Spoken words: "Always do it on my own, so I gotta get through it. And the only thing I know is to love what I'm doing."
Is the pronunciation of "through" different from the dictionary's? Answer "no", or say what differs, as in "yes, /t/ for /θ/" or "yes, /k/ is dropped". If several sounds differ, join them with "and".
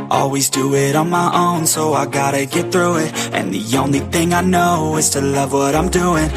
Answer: no